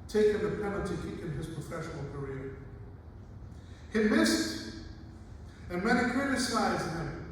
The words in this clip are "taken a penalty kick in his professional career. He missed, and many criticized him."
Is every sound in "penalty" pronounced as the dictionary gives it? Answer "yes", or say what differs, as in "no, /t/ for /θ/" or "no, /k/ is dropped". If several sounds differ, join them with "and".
no, /n/ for /l/